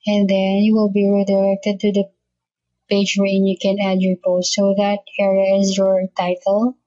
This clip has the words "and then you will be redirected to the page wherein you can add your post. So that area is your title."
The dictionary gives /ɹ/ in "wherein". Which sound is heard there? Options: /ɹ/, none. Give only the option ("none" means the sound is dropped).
none